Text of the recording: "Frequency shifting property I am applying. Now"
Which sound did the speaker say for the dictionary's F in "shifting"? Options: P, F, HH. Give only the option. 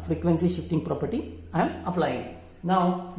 F